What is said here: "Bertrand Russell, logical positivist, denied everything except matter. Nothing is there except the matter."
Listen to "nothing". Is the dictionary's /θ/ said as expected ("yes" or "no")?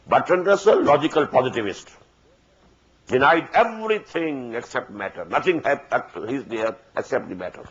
no